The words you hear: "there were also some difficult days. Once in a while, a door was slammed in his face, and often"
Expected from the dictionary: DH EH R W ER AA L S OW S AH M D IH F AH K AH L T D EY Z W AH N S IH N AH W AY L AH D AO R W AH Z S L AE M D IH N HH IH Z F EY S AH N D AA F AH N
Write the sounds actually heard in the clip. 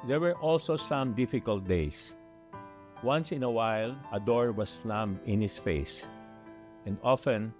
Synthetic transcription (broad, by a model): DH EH R W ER AA L S OW S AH M D IH F AH K AH L T D EY S W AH N S IH N AH W AY L AH D AO R W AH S L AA M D IH N HH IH S F EY S AH N D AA F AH N